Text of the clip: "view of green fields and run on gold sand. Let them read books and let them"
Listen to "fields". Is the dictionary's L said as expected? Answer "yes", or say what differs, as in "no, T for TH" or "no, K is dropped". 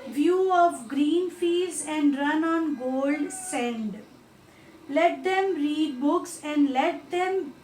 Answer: no, L is dropped